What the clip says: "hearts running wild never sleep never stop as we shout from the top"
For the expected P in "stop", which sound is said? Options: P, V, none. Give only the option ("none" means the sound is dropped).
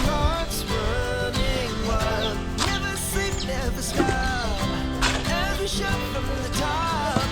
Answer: none